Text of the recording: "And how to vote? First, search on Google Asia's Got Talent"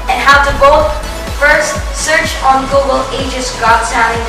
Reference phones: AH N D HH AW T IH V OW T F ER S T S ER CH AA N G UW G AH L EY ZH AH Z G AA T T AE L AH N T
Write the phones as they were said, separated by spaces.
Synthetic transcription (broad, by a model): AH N HH AW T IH B OW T F ER S T S ER CH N G UW G AH L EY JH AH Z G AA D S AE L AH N